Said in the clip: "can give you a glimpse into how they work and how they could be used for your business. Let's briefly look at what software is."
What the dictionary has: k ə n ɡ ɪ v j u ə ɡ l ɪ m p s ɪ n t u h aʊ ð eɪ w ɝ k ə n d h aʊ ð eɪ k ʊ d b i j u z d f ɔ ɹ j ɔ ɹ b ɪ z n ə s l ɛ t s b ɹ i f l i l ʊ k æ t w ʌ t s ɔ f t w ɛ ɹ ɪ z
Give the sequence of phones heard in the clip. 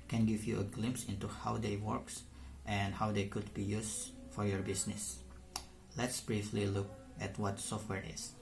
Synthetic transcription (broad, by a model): k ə n ɡ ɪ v j u ə ɡ l ɪ m p s ɪ n t u h aʊ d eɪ w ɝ k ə n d h aʊ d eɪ k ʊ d b i j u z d f ɔ ɹ j ɔ ɹ b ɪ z n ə s l ɛ t s b ɹ i f l i l ʊ k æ t w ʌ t s ɔ f t w ɛ ɹ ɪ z